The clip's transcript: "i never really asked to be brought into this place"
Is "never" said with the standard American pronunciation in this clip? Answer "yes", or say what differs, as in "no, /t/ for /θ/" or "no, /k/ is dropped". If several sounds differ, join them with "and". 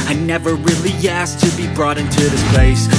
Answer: yes